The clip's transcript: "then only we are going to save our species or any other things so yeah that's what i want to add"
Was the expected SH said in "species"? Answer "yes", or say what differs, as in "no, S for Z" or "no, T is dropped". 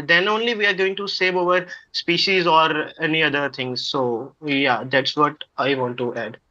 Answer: yes